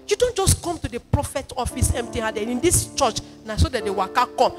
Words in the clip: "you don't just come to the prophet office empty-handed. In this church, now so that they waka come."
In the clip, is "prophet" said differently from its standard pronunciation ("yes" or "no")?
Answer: no